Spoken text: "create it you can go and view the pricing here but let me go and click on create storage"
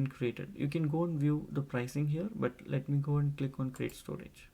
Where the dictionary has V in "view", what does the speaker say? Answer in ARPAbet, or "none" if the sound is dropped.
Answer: V